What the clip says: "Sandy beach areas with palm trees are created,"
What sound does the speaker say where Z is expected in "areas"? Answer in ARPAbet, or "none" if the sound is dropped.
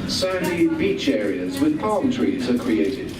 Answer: Z